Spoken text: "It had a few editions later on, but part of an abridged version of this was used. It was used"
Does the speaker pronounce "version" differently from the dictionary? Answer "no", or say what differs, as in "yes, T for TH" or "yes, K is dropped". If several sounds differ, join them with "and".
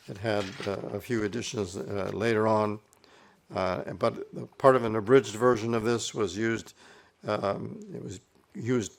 no